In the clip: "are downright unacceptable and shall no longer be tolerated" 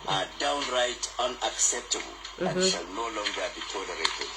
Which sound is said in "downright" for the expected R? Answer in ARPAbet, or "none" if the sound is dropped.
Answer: R